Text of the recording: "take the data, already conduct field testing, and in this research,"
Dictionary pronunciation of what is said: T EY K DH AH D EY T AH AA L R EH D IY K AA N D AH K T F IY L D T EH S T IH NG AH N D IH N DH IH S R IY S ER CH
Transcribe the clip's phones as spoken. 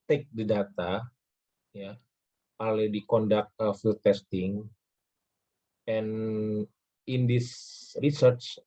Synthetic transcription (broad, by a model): T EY K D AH D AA T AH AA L EH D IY K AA N D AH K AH F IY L T EH S T IH NG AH N IH N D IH S R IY S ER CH